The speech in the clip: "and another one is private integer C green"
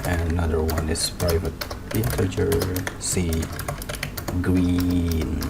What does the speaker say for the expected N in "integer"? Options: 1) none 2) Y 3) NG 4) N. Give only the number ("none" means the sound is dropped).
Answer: 1